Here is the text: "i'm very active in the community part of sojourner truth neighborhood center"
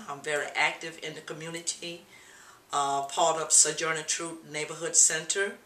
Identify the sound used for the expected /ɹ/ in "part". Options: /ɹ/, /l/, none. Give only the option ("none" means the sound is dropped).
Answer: /l/